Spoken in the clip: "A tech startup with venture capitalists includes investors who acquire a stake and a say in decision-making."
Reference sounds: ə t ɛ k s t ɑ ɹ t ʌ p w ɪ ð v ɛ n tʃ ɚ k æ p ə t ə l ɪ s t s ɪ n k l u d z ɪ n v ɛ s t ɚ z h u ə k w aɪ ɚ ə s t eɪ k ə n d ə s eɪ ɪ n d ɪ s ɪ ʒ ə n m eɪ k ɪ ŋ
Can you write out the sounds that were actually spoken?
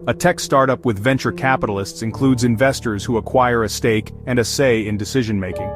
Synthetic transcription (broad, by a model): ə t ɛ k s t ɑ ɹ t ʌ p w ɪ ð v ɛ n tʃ ɚ k æ p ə t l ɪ s t s ɪ n k l u d z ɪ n v ɛ s t ɚ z h u ə k w aɪ ɚ ə s t eɪ k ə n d ə s eɪ ɪ n d ɪ s ɪ ʒ ə n m eɪ k ɪ ŋ